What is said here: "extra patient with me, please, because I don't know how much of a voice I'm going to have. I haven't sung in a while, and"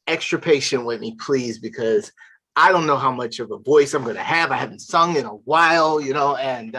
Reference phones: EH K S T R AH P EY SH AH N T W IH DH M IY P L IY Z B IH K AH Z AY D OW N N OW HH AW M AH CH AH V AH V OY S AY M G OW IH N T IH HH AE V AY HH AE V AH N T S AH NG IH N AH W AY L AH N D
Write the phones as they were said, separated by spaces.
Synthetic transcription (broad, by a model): EH K S T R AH P EY SH AH N T W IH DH M IY P L IY Z B IH K AH Z AY D OW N N OW HH AW M AH CH AH V AH V OY S AY M G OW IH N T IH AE V AY HH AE V N T S AH NG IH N AH W AY L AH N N